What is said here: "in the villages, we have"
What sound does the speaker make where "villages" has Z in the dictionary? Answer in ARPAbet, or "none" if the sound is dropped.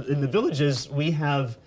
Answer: Z